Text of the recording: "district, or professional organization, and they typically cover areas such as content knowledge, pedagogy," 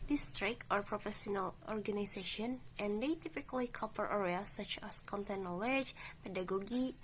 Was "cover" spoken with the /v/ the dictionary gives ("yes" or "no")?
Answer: no